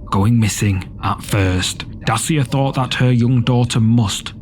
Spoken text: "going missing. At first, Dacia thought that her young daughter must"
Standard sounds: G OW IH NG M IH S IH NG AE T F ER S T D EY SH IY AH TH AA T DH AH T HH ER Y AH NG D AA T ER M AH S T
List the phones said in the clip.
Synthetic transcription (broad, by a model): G OW IH NG M IH S IH NG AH T F ER S T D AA S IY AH TH AA T DH AH T HH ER Y AH NG D AA T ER M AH S T